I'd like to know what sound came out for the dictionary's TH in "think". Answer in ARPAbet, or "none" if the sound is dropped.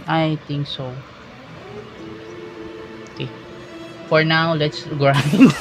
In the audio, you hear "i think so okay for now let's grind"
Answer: T